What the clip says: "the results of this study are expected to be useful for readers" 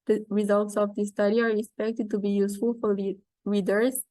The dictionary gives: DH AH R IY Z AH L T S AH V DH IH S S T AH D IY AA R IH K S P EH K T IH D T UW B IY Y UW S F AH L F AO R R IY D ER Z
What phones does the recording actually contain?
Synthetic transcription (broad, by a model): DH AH R IY Z AH L T S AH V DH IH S S T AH D IY AA R IH K S P EH K T IH D T UW B IY Y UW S F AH L F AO R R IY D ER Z